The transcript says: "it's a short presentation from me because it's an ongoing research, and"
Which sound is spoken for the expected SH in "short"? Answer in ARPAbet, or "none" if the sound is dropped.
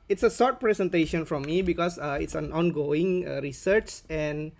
S